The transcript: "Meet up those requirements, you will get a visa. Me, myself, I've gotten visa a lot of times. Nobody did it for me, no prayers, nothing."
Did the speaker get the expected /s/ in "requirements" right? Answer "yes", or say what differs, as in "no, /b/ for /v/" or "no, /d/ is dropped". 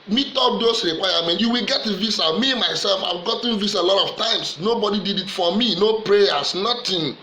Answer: no, /s/ is dropped